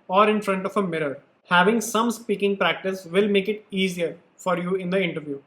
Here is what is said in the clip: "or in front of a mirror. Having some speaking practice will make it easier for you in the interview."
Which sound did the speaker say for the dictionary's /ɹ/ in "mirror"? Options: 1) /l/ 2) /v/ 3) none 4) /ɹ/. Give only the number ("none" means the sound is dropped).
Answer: 4